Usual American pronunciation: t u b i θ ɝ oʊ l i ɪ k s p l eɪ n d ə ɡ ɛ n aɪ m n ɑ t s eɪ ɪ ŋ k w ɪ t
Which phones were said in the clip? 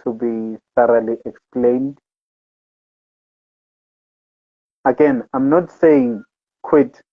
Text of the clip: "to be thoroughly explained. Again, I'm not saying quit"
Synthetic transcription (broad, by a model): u b i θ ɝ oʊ l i ɪ k s p l eɪ n d ə ɡ ɛ n aɪ m n ɑ t s eɪ ɪ ŋ k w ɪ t